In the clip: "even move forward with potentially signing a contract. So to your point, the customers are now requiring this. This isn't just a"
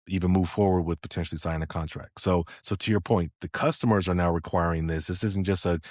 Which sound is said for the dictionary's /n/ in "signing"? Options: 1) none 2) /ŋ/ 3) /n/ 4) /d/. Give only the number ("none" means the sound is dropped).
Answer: 1